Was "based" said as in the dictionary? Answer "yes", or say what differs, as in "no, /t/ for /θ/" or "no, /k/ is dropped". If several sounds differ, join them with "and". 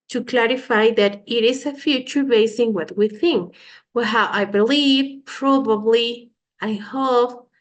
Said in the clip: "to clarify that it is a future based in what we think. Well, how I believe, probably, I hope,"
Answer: no, /t/ is dropped